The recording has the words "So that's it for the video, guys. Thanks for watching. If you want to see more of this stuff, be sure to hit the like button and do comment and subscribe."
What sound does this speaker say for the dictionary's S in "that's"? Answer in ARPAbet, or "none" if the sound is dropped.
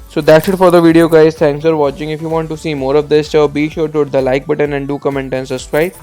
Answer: SH